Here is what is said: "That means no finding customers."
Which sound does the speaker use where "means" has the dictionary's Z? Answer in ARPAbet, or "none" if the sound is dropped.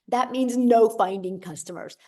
Z